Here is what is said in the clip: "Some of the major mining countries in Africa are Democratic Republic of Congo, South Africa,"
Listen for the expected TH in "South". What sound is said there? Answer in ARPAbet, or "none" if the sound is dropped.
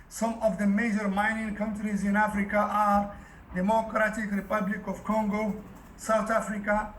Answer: T